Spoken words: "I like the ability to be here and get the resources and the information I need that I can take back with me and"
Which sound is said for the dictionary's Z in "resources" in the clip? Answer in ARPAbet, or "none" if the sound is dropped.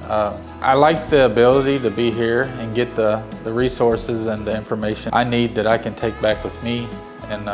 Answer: Z